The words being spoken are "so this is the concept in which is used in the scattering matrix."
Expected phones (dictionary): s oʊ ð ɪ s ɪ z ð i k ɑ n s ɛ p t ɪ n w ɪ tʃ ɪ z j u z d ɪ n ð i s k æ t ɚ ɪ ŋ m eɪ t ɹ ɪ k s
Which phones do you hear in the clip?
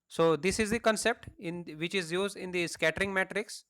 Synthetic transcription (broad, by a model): s oʊ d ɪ s ɪ z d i k ɑ n s ɛ p t ɪ n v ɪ tʃ ɪ z j u z d ɪ n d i s k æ t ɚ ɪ ŋ m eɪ t ɹ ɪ k s